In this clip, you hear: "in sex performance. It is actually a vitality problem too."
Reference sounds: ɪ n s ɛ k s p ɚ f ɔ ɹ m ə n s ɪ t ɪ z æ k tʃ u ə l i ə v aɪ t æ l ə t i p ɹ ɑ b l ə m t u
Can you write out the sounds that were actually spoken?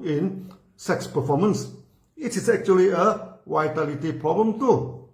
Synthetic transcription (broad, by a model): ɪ n s ɛ k s p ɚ f ɔ m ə n s ɪ t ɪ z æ k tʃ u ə l i ə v aɪ t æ l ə t i p ɹ ɑ b l ə m t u